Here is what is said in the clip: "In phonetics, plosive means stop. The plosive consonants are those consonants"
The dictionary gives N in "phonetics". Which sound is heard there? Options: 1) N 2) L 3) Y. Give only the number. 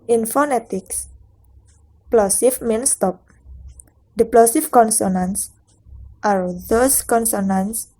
1